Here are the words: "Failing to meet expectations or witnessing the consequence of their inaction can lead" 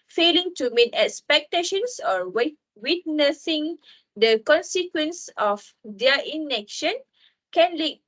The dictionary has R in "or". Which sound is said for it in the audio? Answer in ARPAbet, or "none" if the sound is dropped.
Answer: W